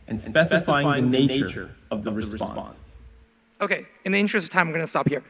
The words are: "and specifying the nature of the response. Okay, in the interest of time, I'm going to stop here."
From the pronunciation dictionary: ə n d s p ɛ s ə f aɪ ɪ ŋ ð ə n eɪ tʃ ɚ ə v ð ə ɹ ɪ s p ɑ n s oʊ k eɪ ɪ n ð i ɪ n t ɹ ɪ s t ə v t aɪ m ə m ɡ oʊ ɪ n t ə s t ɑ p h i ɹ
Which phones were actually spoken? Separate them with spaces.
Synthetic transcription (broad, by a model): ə n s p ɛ s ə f aɪ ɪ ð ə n eɪ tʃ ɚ ə v ð ə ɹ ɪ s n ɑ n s oʊ k eɪ ɪ n ð i ɪ n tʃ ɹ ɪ s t ə v t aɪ ə m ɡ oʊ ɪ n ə s t ɑ p h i ɹ